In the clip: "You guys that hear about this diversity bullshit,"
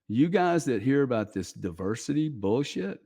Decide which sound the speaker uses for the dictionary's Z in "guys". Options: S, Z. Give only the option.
Z